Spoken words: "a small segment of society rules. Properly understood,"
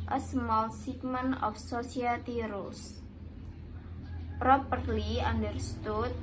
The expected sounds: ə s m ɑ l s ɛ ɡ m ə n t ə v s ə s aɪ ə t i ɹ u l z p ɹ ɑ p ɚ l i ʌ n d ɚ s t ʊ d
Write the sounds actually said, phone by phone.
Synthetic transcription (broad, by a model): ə s m ɑ l s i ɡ m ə n ə f s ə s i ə t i ɹ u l s p ɹ ɑ p ɚ l i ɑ n d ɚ s t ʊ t